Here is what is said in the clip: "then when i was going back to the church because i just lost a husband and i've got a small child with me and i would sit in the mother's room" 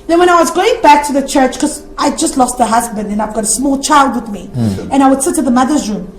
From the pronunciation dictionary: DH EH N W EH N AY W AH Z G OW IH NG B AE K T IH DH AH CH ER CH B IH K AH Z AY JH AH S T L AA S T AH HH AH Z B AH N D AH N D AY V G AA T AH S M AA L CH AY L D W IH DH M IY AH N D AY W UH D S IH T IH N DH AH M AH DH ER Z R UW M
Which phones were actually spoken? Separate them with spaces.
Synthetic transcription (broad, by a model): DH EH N W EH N AY W AH Z G OW IH NG B AE K T IH DH AH CH ER CH K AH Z AY JH AH S T L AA S T AH HH AH Z B AH N D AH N AY V G AA T AH S M AA L CH AY L D W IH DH M IY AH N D AY W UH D S IH T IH DH AH M AH DH ER Z R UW M